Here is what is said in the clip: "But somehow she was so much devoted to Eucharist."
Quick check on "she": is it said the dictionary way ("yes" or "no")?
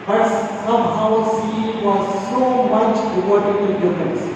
no